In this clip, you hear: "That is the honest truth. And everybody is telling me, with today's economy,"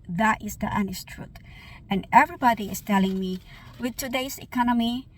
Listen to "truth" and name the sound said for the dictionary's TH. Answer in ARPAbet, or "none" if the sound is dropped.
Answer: T